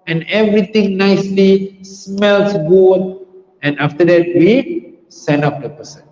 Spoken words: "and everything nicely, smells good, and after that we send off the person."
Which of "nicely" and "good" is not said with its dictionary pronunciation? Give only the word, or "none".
good